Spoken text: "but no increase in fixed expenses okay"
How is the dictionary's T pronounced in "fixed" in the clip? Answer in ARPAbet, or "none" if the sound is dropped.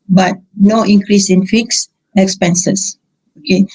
none